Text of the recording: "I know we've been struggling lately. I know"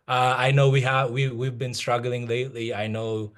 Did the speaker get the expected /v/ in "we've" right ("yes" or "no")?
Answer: yes